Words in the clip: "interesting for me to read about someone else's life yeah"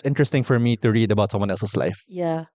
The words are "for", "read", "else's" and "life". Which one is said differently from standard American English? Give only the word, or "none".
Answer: else's